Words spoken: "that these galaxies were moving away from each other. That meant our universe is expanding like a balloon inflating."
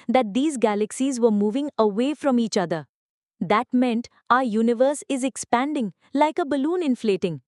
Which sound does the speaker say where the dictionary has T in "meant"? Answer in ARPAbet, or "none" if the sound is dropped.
T